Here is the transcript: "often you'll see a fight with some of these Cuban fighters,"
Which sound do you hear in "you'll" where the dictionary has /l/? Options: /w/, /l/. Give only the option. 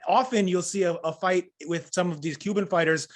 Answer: /l/